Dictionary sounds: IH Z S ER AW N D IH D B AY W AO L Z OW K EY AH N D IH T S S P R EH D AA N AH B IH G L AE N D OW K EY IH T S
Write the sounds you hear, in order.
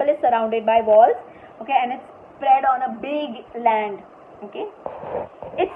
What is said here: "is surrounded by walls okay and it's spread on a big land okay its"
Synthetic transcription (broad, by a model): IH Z S ER AW N D IH D B AY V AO L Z OW K EY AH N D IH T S S P R EH D AA N AH B IH G L AE N D OW K EY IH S